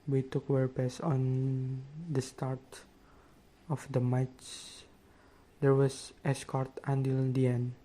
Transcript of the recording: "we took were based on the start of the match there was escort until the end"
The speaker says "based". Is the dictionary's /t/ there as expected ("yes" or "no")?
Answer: no